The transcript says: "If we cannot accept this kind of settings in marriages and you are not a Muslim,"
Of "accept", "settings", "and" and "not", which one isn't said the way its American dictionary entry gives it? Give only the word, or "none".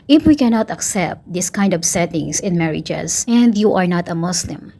settings